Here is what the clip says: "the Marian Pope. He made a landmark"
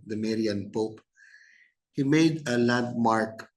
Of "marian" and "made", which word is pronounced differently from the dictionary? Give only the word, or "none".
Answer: none